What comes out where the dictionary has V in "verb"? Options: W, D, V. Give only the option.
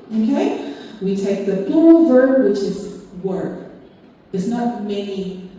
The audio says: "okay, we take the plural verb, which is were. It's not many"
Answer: V